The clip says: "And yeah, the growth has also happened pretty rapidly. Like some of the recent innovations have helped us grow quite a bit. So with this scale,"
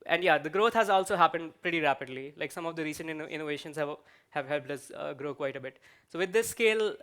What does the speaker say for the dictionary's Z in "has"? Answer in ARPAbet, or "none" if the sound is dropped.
Z